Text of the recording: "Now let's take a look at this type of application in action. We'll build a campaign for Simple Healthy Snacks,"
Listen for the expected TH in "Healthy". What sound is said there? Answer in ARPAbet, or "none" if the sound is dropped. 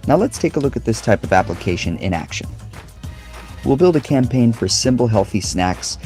TH